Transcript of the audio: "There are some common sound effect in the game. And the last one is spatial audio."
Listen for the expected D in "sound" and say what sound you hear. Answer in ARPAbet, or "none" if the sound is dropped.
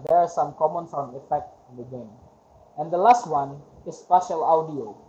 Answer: none